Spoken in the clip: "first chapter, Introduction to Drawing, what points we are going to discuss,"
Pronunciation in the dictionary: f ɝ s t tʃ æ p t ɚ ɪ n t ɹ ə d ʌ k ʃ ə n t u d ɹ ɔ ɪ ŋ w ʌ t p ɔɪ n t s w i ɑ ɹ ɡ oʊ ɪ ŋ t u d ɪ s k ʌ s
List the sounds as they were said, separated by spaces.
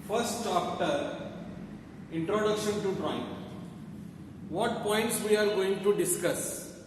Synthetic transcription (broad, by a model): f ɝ s t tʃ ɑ f t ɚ ɪ n t ɹ ə d ʌ k ʃ ə n t u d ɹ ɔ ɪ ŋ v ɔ t p ɔɪ n t s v i ɑ ɹ ɡ oʊ ɪ ŋ t u d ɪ s k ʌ s